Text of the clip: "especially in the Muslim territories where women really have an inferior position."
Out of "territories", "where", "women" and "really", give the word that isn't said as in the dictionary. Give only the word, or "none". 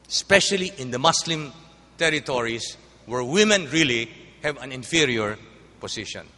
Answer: territories